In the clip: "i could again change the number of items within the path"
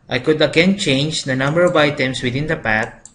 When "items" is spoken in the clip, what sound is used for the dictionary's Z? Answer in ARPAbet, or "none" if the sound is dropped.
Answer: S